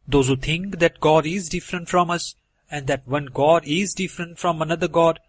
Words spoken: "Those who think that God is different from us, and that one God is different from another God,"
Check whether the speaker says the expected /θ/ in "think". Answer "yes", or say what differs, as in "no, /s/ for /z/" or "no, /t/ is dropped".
no, /t/ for /θ/